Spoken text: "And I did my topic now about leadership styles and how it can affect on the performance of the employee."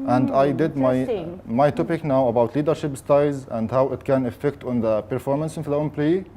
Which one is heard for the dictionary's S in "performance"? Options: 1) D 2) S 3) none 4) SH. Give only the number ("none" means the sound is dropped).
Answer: 2